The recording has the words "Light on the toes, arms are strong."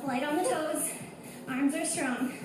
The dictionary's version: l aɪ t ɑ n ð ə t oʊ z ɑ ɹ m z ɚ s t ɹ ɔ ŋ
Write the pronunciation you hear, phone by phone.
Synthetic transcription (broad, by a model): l aɪ t n ð ə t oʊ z ɑ ɹ m z ɚ s t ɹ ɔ ŋ